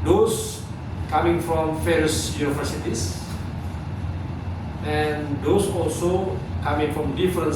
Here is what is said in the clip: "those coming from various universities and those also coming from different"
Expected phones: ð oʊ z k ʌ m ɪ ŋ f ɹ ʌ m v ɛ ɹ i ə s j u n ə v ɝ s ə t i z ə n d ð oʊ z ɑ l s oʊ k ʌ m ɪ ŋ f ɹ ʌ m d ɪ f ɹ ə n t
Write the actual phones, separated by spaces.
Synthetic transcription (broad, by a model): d oʊ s k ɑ m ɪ ŋ f ɹ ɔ m f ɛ ɹ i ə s j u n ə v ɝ s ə t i s ə n d oʊ s ɑ l s oʊ k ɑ m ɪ ŋ f ɹ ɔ m d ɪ f ɹ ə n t